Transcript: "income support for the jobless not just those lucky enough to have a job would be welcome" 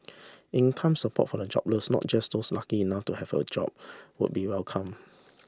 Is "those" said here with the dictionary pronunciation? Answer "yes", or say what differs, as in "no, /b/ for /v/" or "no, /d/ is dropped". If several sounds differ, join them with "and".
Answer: no, /s/ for /z/